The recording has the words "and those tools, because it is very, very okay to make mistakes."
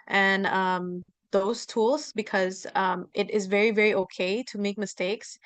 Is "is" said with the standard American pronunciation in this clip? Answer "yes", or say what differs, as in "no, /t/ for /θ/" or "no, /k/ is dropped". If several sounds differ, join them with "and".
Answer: yes